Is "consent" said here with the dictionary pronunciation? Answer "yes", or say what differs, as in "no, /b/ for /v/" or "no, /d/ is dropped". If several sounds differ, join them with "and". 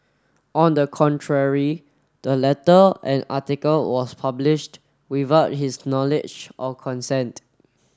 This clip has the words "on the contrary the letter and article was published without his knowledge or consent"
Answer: yes